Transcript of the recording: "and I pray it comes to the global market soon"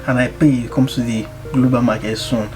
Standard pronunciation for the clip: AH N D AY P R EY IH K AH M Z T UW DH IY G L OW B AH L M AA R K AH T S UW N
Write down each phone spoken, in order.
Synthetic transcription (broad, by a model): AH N AY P EY K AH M T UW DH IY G L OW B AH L M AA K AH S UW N